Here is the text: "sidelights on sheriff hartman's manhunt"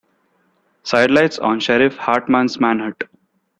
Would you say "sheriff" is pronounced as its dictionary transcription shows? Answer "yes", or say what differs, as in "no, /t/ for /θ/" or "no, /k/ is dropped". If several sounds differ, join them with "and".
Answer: yes